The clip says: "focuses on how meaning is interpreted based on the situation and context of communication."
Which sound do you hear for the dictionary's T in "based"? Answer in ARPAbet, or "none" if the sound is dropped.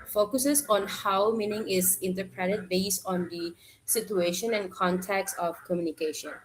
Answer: T